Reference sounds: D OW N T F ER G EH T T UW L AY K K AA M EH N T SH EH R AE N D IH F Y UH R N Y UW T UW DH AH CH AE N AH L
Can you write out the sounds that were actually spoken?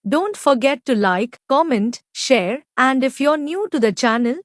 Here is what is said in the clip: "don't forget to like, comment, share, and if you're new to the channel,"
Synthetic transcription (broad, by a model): D OW N T F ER G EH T T UW L AY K K AA M EH N T SH EH R AE N D IH F Y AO R N Y UW T UW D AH CH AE N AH L